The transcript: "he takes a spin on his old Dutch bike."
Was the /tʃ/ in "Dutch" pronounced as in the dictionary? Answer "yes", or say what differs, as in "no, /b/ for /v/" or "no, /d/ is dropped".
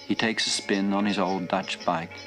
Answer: yes